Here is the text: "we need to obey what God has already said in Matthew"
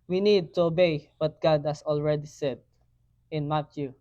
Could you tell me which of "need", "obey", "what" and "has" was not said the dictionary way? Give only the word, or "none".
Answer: has